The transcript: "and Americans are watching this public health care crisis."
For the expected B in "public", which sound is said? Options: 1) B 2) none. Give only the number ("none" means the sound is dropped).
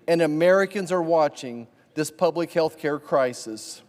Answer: 1